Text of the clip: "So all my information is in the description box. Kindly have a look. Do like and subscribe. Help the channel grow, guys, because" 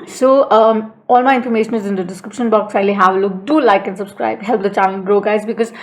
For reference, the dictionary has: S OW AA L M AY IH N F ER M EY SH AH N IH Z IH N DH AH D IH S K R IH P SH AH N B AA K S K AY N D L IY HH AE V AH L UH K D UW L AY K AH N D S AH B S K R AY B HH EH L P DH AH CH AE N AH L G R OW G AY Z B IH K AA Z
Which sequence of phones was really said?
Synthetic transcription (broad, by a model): S OW AA L M AY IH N F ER M EY SH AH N IH Z IH N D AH D IH S K R IH P SH AH N B AA K S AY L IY HH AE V AH L UH K D UW L AY K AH N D S AH B S K R AY B HH EH L P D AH CH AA L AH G R OW G AY Z B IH K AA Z